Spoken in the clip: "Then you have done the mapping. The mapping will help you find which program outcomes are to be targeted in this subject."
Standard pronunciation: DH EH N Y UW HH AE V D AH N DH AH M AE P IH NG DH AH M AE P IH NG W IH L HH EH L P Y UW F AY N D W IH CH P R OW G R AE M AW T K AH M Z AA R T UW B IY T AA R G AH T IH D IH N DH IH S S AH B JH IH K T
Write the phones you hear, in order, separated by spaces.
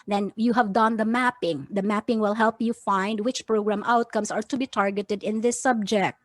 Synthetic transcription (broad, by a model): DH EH N Y UW HH AE V D AH N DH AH M AE P IH NG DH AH M AE P IH NG W IH L HH EH L P Y UW F AY N D W IH CH P R OW G R AE M AW T K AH M S AA R T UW B IY T AA R G AH T IH D IH N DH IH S S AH B JH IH K T